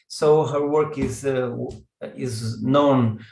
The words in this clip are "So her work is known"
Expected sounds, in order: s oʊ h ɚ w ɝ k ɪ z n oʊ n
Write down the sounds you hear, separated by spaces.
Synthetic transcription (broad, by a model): s oʊ h ɚ w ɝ k ɪ z n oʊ n